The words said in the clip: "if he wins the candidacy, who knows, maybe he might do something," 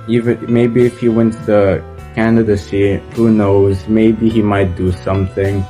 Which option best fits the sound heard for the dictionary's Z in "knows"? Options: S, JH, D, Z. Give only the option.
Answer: Z